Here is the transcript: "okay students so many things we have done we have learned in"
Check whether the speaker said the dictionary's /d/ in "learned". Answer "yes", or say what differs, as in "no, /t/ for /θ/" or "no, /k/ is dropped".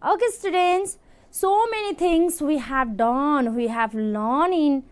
no, /d/ is dropped